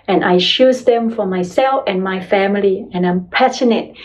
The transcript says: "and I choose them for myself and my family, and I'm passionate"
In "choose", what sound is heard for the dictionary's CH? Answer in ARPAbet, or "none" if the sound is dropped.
SH